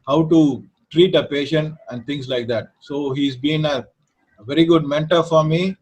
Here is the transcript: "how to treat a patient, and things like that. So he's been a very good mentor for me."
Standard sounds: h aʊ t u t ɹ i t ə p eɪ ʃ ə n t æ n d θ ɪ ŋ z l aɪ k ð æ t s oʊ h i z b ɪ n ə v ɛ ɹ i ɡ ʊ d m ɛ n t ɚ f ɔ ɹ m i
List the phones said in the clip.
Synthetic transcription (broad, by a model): h aʊ t u t ɹ i t ə p eɪ ʃ ə n t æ n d t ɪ ŋ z l aɪ k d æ t s oʊ h i z b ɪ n ə v ɛ ɹ i ɡ ʊ d m ɛ n t ɚ f ɔ ɹ m i